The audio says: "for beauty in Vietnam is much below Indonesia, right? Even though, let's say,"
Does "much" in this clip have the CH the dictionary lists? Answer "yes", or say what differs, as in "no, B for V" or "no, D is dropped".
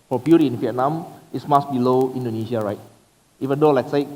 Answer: no, S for CH